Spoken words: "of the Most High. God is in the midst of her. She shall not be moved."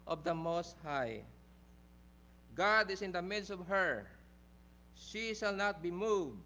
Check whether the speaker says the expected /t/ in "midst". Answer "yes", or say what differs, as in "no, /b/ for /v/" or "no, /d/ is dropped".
yes